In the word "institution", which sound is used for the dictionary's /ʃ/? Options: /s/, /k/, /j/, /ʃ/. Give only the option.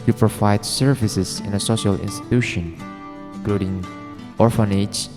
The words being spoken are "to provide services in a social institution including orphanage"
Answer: /ʃ/